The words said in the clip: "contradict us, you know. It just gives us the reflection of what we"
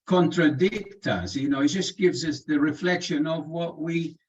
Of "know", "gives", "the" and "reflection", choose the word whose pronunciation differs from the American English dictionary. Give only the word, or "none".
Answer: none